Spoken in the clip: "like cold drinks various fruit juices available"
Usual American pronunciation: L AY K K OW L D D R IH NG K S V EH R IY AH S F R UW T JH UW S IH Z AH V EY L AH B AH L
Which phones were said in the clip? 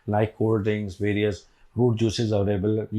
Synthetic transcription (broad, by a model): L AY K K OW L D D IH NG S V EH R IY AH S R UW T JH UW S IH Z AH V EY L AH B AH L